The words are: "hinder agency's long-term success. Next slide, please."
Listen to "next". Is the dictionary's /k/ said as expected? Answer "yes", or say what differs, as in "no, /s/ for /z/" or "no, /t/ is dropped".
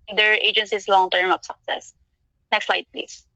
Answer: yes